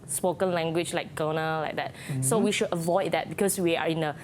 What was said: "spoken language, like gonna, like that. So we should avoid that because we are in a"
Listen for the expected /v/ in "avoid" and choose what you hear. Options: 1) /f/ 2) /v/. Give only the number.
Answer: 2